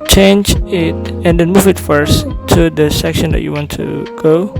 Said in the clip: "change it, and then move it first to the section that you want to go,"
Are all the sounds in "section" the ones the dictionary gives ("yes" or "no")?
yes